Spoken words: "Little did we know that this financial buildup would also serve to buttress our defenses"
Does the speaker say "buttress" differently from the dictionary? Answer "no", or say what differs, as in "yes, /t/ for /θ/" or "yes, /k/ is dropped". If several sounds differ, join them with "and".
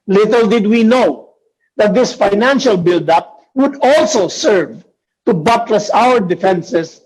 yes, /l/ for /ɹ/